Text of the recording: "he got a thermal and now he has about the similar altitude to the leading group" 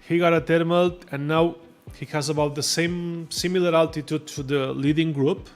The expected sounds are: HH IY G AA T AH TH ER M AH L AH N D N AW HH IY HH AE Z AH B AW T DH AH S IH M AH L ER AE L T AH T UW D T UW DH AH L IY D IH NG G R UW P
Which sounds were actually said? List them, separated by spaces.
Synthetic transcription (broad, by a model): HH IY G AA T AH T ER M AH L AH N N AW HH IY HH AE Z AH B AW T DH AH S IH M AH L ER AE L T AH T UW D T UW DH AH L IY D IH NG G R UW P